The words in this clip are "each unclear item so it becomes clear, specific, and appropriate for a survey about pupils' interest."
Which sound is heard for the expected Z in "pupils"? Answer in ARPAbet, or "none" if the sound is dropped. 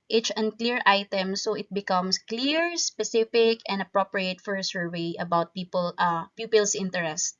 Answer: S